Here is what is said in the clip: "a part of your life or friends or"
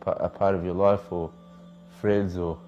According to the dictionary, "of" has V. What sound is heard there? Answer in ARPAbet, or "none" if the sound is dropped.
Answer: V